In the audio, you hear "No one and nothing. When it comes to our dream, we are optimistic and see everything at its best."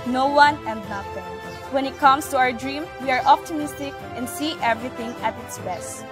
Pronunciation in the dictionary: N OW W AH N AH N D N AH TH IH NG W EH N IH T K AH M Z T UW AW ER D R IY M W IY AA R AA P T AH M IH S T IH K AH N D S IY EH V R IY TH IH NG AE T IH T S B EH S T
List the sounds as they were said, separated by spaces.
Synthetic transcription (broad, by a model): N OW W AH N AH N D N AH T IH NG W EH N IH T K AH M S T UW AW ER D R IY M W IY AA R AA P T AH M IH S T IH K AH N D S IY EH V R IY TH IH NG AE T IH T S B EH S T